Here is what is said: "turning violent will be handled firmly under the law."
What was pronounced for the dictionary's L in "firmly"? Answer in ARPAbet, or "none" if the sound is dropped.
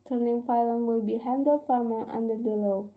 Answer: none